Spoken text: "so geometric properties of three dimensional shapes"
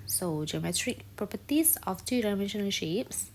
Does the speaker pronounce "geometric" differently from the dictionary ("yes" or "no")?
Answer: no